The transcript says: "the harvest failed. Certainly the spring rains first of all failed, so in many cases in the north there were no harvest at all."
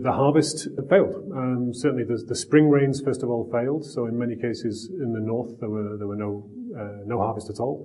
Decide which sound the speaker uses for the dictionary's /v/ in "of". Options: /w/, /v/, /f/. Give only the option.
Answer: /v/